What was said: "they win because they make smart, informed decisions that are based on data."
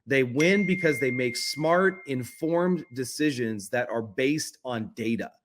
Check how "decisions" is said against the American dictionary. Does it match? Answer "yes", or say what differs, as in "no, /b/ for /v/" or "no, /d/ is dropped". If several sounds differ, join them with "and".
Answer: yes